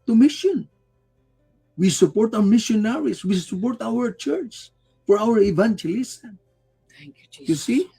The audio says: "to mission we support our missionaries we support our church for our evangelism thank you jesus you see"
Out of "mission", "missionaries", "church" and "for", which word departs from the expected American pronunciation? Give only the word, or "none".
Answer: missionaries